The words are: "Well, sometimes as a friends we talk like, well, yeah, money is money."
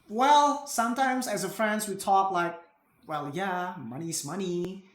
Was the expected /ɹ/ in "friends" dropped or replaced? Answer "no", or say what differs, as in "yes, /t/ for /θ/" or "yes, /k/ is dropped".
no